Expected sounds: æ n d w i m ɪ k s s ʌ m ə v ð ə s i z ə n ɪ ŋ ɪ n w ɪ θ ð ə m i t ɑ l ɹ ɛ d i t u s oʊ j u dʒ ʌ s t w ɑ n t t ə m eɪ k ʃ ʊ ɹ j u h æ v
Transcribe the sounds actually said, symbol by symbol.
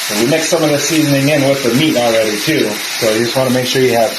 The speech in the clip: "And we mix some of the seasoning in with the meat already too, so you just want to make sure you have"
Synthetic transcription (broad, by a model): w i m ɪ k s s ʌ m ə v ð ə s i z ə n ɪ ŋ ɪ n w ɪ ð ə m i t ɑ l ɹ ɛ d i t u s oʊ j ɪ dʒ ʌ s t w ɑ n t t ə m eɪ k ʃ ʊ ɹ j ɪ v